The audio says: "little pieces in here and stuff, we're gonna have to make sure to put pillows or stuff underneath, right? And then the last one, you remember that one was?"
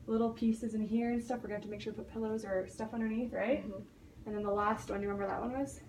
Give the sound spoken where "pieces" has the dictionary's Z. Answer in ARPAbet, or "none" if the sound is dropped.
Z